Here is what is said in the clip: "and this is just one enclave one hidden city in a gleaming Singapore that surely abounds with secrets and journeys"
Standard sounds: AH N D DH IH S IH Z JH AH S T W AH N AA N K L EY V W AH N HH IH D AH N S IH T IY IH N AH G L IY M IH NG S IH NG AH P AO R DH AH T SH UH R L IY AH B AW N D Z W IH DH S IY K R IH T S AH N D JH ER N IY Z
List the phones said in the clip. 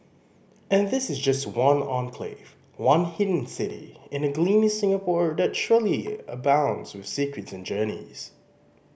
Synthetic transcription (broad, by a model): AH N DH IH S IH Z JH AH S T W AH N AA N K L EY V W AH N HH IH D N S IH T IY IH N AH G L IY M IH S IH NG AH P AO R DH AH T SH UH R L IY AH B AW N D Z W IH DH S IY K R IH T S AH N JH ER N IY Z